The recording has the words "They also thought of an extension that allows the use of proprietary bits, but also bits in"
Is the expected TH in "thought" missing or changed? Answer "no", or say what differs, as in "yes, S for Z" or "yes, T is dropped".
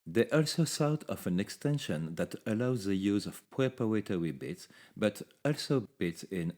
yes, S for TH